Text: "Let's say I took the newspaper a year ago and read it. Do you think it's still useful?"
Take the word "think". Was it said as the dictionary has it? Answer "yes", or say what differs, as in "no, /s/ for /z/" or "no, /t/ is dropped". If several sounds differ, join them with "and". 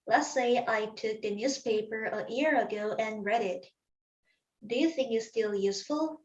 yes